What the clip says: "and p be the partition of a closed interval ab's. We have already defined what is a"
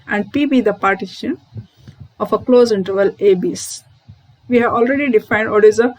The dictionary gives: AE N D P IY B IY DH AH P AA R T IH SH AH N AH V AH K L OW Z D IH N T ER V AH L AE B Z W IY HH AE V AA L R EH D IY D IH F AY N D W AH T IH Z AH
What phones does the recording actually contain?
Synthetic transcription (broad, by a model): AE N D P IY B IY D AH P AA R T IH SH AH N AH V AH K L OW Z IH N T ER V AH L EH B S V IY HH AE V AA L R EH D IY D IH F AY N D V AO T IH Z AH